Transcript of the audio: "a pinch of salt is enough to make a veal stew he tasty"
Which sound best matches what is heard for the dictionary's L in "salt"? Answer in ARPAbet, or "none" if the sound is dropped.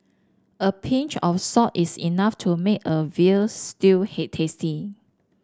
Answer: none